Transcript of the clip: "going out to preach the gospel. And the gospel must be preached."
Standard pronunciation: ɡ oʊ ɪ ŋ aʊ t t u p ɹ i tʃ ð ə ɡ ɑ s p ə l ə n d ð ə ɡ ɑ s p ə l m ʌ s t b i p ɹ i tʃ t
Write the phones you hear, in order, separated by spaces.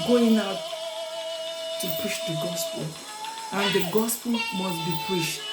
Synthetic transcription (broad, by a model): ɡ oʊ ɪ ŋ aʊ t t u p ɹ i ʃ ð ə ɡ ɑ s p ə l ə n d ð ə ɡ ɑ s p ə l m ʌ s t b i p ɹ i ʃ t